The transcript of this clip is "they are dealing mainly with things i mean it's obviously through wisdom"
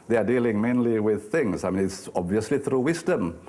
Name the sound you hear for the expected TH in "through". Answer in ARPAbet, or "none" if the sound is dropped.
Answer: TH